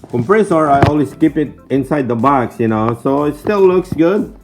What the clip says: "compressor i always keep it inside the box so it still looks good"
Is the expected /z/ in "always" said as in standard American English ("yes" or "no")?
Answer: no